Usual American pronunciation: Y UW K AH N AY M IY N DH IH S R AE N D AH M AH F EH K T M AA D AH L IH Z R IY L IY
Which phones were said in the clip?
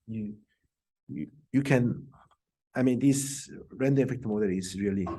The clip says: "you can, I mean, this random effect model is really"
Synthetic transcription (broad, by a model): Y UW K AH N AY M IY N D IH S R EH N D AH AH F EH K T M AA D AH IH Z R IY L IY